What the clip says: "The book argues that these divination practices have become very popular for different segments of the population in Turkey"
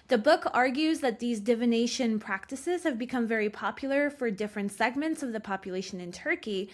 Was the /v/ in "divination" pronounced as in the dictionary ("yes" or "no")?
yes